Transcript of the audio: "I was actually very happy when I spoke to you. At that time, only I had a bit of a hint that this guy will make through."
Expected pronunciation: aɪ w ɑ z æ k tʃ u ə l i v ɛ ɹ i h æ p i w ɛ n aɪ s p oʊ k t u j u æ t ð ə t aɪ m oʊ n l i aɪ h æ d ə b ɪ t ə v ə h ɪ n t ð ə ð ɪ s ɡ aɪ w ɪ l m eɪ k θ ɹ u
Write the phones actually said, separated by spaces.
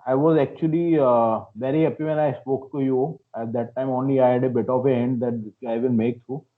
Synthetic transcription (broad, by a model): aɪ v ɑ z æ k tʃ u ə l i v ɛ ɹ i h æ p i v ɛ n aɪ s p oʊ k t u j u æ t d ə t aɪ m oʊ n l i aɪ h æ d ə b ɪ t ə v ə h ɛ n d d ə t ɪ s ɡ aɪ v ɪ n m eɪ k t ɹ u